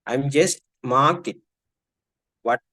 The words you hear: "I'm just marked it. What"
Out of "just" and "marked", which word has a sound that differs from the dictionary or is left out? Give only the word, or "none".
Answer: marked